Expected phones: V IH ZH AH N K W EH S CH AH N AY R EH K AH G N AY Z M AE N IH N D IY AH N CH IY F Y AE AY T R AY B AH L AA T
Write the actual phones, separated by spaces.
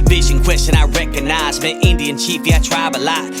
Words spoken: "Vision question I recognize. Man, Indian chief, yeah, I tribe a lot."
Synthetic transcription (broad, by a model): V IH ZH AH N K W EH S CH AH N AY R EH K AH G N AY Z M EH IH N D IY AH N CH IY F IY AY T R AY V AH L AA